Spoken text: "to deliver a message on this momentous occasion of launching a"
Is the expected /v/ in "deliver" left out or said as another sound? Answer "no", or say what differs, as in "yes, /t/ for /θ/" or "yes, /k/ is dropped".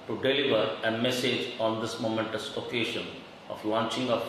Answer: no